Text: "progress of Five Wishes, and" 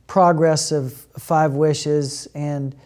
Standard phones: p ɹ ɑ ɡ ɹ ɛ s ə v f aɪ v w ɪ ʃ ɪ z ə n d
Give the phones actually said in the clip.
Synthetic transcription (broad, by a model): p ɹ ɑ ɡ ɹ ɛ s ə v f aɪ v w ɪ ʃ ɪ z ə n